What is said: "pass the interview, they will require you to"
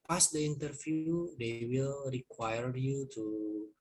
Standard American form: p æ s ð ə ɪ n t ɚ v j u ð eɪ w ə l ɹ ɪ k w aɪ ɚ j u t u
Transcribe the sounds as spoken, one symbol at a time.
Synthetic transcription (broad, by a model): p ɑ s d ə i n t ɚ f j u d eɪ w ə l ɹ ɪ k w aɪ ɚ j u t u